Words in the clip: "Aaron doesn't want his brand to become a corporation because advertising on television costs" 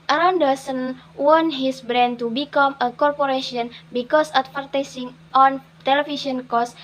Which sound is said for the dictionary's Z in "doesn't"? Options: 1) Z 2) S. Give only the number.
2